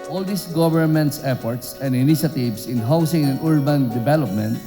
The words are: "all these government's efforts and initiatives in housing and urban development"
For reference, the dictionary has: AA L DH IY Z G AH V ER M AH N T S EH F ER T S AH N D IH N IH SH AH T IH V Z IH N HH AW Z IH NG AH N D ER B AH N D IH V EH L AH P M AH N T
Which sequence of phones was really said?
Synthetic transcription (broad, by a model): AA L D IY S G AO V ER M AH N T S EH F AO T S AH N D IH N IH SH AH T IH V S IH N HH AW S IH NG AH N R B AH N D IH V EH L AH P M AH N T